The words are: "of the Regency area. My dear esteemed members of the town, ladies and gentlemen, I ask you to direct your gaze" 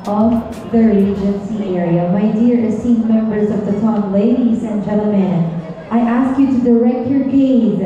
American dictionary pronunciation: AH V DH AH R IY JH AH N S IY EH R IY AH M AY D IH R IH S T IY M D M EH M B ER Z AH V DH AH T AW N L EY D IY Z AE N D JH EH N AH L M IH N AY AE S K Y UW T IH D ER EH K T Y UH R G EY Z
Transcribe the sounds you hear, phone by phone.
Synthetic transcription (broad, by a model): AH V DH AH R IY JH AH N S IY EH R IY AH M AY D IH R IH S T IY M M EH M B ER Z AH V DH AH T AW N L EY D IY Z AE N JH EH L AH M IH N AY AE S K Y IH T IH D ER EH K T Y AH R G EY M